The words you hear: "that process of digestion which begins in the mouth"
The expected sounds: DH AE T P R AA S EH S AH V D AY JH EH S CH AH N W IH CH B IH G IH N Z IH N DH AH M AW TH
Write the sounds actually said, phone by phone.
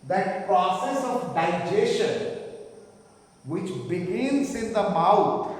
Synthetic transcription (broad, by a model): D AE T P R AA S EH S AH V D AY JH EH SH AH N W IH CH B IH G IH N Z IH N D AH M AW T